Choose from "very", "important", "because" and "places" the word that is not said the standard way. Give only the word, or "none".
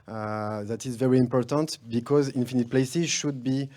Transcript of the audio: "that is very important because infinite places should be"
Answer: none